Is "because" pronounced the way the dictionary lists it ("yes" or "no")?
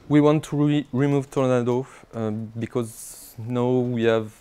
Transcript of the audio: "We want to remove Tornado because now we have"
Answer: yes